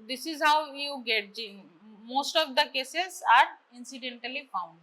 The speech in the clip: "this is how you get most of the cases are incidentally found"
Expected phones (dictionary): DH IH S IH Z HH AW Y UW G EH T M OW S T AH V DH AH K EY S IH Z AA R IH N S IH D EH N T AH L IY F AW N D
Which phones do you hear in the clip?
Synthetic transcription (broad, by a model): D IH S IH Z HH AW Y UW G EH T M OW S T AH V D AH K EY S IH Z AA R IH N S IH D EH N T AH L IY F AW N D